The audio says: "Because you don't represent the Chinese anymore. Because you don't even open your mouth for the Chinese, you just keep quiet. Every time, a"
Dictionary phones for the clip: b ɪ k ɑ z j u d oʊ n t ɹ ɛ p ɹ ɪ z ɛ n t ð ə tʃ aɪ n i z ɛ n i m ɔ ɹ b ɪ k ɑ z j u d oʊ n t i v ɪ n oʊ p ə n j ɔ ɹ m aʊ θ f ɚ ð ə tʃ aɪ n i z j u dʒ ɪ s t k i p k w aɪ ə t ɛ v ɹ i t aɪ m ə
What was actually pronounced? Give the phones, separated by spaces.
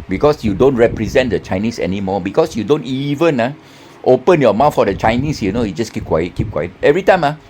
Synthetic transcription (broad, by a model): b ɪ k ɑ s j u d oʊ n t ɹ ɛ p ɹ ɪ z ɛ n t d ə tʃ aɪ n i s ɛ n i m ɔ b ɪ k ɑ s j u d oʊ n t i v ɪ n oʊ p ə n j ɔ m aʊ t f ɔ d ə tʃ aɪ n i s j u dʒ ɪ s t k i p k w aɪ ə t ɛ v ɹ i t aɪ m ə